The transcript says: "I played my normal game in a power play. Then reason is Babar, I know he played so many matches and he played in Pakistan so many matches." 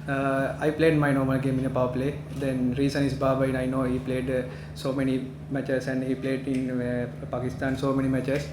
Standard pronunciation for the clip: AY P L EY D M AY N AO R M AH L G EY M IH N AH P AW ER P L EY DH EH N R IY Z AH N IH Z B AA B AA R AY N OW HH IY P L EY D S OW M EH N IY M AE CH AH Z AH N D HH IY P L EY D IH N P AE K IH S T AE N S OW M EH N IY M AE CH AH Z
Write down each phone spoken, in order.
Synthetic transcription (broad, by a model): AY P L EY D M AY N AO R M AH L G EY M IH N AH P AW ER P L EY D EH N R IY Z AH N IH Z B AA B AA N AY N OW HH IY P L EY D S OW M EH N IY M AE CH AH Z AH N D HH IY P L EY D IH N P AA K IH S T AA N S OW M EH N IY M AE CH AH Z